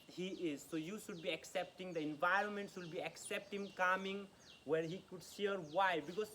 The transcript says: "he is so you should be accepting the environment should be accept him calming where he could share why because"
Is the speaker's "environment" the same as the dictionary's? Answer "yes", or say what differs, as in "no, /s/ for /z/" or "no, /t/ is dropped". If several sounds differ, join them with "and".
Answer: yes